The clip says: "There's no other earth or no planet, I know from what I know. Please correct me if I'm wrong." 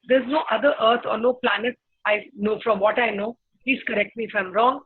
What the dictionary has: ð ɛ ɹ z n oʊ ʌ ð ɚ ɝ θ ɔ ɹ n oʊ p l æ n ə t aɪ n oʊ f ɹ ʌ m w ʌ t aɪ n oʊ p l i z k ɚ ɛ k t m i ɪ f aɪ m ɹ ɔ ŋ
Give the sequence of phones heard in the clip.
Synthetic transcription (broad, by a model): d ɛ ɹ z n oʊ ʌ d ɚ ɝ t ɔ ɹ n oʊ p l æ n ə t aɪ n oʊ f ɹ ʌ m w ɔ t aɪ n oʊ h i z k ɚ ɛ k t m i ɪ f aɪ m ɹ ɔ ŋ